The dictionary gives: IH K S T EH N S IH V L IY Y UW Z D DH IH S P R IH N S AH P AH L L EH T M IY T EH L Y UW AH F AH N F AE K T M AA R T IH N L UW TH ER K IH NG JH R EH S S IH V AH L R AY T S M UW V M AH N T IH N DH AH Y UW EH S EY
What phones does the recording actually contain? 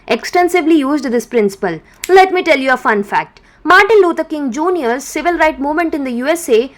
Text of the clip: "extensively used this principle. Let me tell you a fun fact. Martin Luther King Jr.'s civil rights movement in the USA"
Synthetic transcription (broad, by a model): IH K S T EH N S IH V L IY Y UW Z D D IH S P R IH N S AH P AH L L EH T M IY T EH L Y UW AH F AH N F AE K T M AA R T IH N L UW T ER K IH NG JH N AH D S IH V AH L R AY T M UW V M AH N T IH N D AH Y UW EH S EY